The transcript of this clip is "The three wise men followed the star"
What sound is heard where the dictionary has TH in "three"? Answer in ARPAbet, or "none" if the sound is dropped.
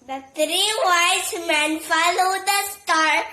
T